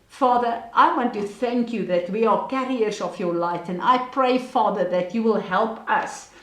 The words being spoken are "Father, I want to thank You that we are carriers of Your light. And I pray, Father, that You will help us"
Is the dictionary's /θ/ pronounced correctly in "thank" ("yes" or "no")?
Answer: yes